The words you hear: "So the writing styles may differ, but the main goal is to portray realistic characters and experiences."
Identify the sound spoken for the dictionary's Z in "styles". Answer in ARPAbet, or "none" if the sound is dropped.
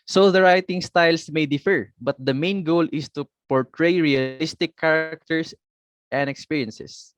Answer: S